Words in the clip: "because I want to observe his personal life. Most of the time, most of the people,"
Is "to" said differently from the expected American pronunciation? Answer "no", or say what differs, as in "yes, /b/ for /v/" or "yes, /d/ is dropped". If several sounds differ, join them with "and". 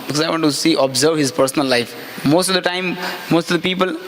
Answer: yes, /s/ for /t/